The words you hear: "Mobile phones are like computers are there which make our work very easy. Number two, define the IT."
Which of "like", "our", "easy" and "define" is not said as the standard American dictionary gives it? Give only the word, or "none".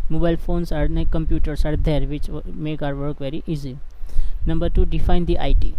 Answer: like